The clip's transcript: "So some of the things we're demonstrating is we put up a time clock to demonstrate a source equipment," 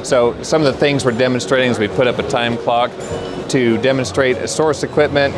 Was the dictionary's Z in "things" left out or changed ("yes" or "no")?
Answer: no